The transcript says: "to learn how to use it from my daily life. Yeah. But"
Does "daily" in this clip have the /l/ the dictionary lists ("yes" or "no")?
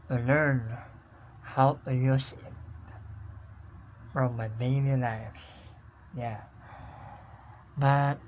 no